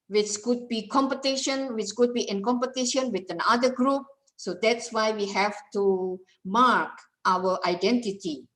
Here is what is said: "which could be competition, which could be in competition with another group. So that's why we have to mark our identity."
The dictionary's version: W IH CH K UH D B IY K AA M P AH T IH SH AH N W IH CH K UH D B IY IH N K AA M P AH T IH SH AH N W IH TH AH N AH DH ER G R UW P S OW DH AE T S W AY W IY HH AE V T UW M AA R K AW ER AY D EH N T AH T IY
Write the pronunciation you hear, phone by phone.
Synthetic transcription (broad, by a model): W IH CH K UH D B IY K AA M P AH T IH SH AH N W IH CH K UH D B IY IH N K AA M P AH T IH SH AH N W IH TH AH N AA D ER G R UW P S OW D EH T S W AY W IY HH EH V T UW M AA R K AW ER AY D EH N T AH T IY